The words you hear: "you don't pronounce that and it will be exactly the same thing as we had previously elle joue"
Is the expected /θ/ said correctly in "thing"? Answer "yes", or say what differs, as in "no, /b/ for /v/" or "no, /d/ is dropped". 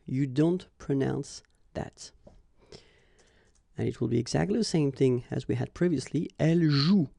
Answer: yes